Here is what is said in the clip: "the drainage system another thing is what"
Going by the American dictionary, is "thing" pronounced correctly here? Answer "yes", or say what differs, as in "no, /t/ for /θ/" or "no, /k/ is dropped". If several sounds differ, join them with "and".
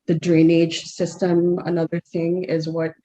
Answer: yes